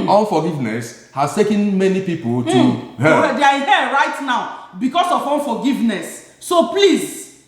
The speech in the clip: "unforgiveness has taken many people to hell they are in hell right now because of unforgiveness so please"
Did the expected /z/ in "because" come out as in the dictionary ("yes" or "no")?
no